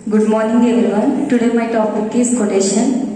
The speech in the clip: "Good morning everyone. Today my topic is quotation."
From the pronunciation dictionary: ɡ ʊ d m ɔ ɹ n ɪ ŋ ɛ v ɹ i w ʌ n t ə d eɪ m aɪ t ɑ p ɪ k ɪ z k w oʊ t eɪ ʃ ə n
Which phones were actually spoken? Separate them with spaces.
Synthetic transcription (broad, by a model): ɡ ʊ d m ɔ ɹ n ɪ ŋ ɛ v i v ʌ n t ə d eɪ m aɪ t ɑ p ɪ k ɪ s k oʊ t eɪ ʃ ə n